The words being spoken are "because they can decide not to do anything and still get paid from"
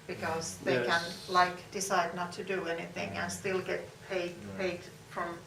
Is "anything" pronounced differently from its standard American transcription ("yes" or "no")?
no